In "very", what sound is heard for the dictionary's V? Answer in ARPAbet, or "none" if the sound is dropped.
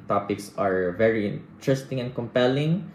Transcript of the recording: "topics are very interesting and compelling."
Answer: V